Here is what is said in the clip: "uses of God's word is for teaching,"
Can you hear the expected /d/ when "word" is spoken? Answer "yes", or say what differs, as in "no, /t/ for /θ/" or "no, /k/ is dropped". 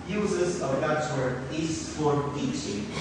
no, /d/ is dropped